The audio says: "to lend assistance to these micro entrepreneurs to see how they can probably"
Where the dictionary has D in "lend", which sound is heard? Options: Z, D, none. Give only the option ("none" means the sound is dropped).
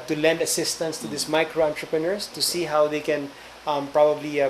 D